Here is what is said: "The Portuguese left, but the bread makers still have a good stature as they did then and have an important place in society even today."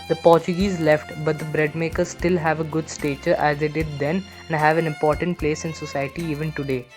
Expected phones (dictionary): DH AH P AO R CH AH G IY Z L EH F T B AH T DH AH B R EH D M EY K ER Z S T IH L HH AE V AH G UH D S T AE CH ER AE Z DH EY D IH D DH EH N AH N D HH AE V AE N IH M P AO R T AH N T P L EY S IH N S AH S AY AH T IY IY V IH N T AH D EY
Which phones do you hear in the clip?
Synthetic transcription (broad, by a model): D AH P AO R CH AH G IY Z L EH F T B AH T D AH B R EH D M EY K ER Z S T IH L HH AE V AH G UH D S T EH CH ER AE Z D EY D IH D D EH N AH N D HH AE V AE N IH M P AO R T AH N T P L EY S IH N S AH S AY AH T IY IY V IH N T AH D EY